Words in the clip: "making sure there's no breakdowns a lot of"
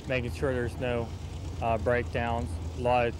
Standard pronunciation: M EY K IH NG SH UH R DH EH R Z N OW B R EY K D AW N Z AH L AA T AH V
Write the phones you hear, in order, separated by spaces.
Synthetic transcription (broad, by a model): M EY K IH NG SH UH R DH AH R Z N OW B R EY K D AW N Z L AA AH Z